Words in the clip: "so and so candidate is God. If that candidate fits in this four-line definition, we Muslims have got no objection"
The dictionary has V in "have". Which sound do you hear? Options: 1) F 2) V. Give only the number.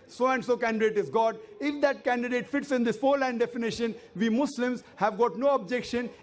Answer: 2